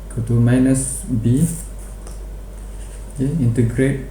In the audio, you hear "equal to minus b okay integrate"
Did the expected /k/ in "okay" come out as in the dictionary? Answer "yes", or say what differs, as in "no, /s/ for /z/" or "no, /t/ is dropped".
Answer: no, /k/ is dropped